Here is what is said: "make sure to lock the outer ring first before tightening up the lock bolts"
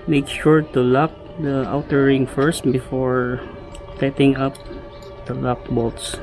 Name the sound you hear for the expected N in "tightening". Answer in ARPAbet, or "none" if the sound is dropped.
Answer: none